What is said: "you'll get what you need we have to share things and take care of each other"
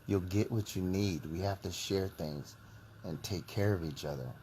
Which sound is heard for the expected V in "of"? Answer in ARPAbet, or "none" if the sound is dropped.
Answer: V